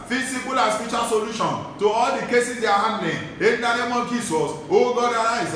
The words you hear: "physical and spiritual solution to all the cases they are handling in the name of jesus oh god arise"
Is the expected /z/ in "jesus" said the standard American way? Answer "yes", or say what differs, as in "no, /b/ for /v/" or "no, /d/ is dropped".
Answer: no, /s/ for /z/